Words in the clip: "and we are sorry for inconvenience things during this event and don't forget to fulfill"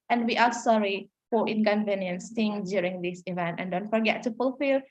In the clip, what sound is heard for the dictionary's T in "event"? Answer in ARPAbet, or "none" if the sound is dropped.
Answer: T